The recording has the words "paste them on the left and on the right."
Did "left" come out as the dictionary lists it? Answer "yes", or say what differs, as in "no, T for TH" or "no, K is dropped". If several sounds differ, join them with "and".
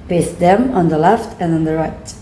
yes